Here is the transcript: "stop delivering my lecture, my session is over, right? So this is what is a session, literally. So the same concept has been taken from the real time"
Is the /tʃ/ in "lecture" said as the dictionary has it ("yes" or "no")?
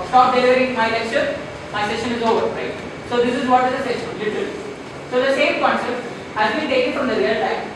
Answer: no